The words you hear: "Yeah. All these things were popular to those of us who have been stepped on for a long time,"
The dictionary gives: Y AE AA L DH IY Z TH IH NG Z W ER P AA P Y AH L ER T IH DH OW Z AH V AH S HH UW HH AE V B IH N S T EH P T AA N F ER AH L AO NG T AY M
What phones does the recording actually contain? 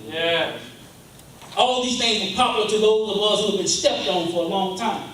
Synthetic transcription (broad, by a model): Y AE AA L DH IY Z TH IH NG Z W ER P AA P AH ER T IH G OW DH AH B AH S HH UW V B IH N S T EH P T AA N F ER AH L AO NG T AY M